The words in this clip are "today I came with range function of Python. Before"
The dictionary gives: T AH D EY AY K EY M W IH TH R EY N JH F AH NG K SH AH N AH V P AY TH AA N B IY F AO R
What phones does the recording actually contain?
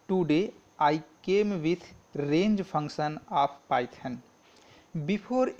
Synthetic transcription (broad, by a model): T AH D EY AY K EY M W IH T R EY N JH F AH NG K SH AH N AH P P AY T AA N B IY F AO R